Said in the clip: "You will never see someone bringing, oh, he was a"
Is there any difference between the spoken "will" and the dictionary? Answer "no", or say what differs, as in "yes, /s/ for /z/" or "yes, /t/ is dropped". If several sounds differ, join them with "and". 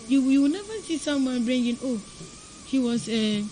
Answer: yes, /w/ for /l/